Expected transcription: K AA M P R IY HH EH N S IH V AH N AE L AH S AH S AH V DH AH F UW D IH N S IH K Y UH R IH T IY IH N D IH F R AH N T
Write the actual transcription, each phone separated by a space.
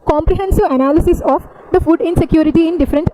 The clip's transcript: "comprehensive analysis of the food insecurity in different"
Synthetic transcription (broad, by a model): K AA M P R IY HH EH N S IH V AH N AE L AH S AH S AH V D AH F UW D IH N S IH K Y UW R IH T IY IH N D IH F R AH N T